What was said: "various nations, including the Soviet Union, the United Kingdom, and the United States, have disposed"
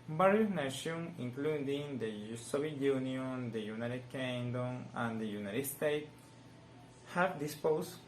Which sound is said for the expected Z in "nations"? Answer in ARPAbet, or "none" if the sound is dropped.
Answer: none